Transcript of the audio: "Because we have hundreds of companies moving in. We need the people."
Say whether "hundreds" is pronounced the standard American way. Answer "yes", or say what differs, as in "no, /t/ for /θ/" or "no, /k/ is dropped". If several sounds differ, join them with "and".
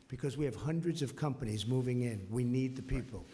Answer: yes